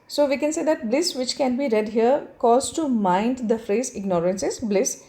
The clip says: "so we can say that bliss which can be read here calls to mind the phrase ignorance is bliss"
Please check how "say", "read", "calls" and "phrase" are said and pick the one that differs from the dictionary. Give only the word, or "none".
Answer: calls